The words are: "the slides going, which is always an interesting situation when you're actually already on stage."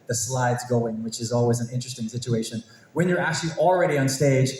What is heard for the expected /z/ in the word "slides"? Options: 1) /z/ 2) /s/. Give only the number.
1